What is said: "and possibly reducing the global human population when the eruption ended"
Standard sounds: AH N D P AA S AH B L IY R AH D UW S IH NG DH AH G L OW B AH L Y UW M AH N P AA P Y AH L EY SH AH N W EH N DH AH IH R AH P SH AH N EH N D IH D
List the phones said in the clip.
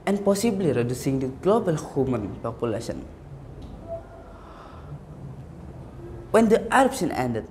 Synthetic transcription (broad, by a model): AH N P AA S AH B L IY R AH D UW S IH NG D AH G L OW B AH L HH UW M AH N P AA P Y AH L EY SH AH N W EH N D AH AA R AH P S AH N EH N D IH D